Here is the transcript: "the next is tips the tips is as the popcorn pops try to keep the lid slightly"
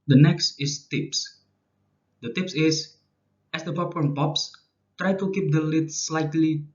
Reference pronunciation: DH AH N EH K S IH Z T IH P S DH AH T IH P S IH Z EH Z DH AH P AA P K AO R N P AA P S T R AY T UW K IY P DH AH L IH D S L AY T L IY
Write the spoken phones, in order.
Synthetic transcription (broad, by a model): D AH N EH K S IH S T IH P S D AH T IH P S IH S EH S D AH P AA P AO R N P AA P S T R AY T UW K IY P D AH L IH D S L AY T L IY